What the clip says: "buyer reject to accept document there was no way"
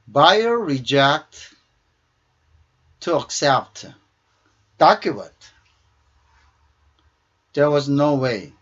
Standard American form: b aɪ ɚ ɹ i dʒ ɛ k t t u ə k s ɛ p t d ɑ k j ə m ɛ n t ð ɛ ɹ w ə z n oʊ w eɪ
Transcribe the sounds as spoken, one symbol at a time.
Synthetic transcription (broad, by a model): b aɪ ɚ ɹ i dʒ ɛ k t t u ə k s ɛ p t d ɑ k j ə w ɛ t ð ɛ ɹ w ə z n oʊ w eɪ